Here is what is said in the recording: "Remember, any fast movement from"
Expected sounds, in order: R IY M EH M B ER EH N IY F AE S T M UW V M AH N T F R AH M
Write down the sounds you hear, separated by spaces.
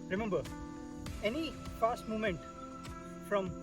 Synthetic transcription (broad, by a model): R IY M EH M B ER EH N IY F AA S T M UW M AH N T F R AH M